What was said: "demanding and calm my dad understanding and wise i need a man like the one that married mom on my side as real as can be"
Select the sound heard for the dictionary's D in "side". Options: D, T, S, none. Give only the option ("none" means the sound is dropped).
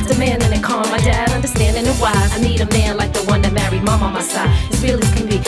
none